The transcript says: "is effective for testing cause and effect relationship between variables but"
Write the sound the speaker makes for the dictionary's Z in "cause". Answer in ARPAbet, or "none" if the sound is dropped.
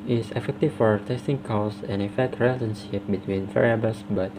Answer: S